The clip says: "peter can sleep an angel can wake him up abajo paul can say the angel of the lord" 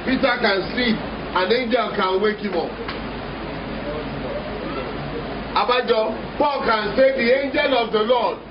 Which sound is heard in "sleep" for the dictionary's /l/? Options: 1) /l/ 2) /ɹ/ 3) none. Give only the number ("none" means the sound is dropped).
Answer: 3